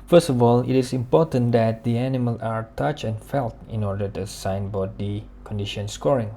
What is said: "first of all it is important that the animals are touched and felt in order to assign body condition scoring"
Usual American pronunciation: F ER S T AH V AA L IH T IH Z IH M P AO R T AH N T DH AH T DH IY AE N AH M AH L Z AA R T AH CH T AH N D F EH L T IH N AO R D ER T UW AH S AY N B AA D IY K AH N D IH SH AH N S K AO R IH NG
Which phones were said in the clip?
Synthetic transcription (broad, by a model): F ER S T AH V AA L IH T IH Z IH M P AO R T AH N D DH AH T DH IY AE N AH M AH L AA R T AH CH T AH N F EH L T IH N AO R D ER T UW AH S AY N B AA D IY K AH N D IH SH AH N S K AO R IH NG